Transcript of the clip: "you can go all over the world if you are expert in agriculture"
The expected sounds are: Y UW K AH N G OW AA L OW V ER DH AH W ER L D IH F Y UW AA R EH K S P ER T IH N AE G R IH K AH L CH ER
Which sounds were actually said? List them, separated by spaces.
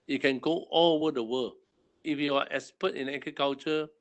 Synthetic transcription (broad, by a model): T K AH N G OW AA L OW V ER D AH W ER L IH F Y UW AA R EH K S P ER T IH N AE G R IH K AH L CH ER